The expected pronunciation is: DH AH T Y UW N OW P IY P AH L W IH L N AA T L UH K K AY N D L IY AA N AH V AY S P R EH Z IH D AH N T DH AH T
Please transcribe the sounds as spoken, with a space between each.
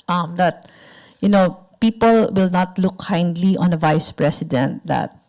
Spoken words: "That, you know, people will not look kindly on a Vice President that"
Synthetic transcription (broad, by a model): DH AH T Y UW N OW P IY P AH L W IH L N AA T L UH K K AY N D L IY AA N AH V AY S P R EH S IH D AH N T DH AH T